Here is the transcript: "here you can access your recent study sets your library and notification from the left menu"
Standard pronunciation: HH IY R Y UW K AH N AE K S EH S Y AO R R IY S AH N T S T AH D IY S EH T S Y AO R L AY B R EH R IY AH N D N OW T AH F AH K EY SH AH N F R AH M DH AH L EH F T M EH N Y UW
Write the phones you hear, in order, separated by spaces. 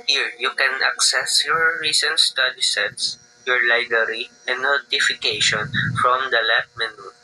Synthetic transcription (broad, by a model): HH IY R Y UW K AH N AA K S EH S Y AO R R IY S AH N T S T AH D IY S EH T S Y AO R L AY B R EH R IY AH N N OW T AH F AH K EY SH AH N F R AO M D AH L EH T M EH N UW